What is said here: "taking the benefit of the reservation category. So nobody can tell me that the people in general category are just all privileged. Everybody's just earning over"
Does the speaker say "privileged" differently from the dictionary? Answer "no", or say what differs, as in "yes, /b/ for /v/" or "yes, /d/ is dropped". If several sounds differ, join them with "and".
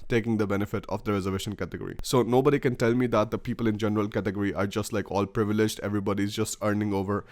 no